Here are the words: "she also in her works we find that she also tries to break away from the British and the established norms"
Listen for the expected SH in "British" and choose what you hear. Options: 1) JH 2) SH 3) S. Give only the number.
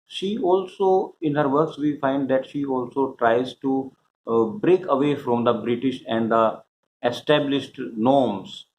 2